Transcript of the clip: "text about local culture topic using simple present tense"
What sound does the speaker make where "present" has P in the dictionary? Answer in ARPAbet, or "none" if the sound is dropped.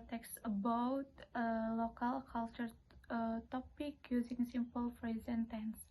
F